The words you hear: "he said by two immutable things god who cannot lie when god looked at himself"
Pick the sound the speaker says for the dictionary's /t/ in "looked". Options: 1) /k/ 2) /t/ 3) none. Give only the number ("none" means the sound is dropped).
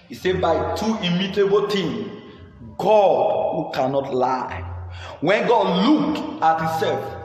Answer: 3